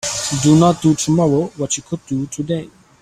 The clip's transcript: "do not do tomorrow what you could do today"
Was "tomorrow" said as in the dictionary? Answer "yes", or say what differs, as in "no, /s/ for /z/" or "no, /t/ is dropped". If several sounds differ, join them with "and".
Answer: no, /w/ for /ɹ/